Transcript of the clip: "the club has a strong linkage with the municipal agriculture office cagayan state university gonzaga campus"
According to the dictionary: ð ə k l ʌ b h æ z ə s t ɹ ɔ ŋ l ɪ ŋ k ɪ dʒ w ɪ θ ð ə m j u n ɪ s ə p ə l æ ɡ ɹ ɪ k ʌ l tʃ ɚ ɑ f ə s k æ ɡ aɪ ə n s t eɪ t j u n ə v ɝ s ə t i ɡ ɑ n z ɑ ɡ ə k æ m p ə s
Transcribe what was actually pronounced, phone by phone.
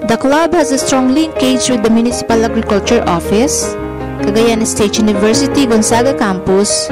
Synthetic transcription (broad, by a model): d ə k l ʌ b h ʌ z ə s t ɹ ɔ ŋ l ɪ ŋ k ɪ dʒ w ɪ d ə m j u n ɪ s ə p ə l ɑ ɡ ɹ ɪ k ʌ l tʃ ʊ ɑ f ə s k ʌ ɡ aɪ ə n s t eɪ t j u n ə v ɝ s ə t i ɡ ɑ n s ɑ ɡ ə k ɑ m p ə s